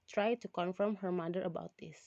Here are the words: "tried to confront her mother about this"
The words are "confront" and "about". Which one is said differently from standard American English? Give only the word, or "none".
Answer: confront